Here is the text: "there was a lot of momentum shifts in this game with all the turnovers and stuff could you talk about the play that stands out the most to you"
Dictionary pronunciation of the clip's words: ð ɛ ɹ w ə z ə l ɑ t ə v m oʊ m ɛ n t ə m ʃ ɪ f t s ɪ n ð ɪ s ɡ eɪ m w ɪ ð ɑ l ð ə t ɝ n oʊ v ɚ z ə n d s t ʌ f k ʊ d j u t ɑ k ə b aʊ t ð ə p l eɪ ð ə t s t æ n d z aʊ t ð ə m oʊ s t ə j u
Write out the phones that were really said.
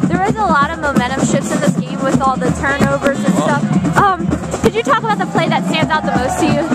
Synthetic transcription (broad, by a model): ð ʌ ɹ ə z ə l ɑ t ə v m oʊ m ɛ t ə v ʃ ɪ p s ɪ n ð ɪ s ɡ eɪ m w ɪ ð ɑ l ð ə t ɝ n oʊ v ɚ z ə n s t ʌ f k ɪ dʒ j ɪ t ɑ k ə b aʊ t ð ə p l eɪ ð ə t s t æ n d z aʊ t ð ə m oʊ s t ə j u